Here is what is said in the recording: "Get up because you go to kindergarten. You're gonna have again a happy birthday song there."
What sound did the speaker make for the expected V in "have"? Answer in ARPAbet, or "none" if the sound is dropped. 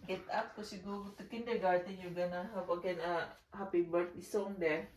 P